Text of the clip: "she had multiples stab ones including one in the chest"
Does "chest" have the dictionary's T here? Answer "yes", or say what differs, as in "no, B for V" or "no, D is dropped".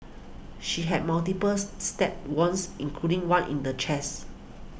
no, T is dropped